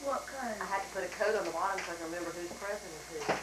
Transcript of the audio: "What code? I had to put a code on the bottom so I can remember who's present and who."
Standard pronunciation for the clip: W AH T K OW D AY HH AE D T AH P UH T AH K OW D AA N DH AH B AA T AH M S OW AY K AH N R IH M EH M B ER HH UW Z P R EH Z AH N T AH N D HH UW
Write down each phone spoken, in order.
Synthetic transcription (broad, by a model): W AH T K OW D AY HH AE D T AH P UH T AH K OW D N DH AH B AA T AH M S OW AY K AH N R IH M EH M B ER HH UW Z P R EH S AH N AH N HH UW